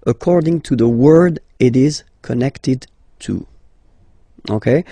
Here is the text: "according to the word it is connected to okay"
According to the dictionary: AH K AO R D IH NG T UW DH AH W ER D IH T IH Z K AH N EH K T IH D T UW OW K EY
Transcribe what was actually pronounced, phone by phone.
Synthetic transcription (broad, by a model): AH K AO R D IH NG T UW DH AH W ER D IH T IH Z K AH N EH K T IH D T UW OW K EY